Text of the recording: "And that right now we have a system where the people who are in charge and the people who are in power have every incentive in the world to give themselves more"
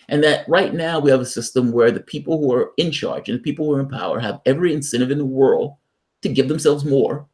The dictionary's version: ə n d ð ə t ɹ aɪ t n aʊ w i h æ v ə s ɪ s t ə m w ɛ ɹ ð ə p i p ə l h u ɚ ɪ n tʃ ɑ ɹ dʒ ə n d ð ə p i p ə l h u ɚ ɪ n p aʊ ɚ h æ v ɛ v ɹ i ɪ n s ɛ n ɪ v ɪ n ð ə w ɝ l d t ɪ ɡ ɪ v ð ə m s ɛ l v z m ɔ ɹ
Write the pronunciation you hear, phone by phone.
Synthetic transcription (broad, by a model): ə n ð ə t ɹ aɪ t n aʊ w i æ v ə s ɪ s t ə m w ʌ ɹ ð ə p i p l h u ɚ ɪ n tʃ ɑ ɹ dʒ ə n ð ə p i p l h u ɚ ɪ n p aʊ ɚ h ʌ v ɛ v ɹ i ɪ n s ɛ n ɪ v ɪ n ð ə w ɝ l d t ɪ ɡ ɪ v ð ə m s ɛ l v z m ɔ ɹ